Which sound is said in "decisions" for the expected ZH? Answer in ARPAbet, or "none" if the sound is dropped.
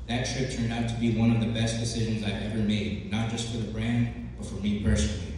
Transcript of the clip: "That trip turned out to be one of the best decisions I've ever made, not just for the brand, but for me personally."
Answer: ZH